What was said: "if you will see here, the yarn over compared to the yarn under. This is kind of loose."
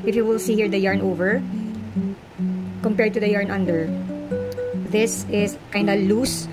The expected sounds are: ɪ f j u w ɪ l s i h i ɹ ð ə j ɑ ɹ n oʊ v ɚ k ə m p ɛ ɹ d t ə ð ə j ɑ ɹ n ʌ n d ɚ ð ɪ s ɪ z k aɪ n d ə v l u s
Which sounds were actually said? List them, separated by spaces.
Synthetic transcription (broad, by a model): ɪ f j u w ɪ l s i h i ɹ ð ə j ɑ ɹ n oʊ v ɚ k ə m p ɛ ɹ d t ə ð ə j ɑ ɹ n ʌ n d ɚ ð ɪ s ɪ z k aɪ n d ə l u s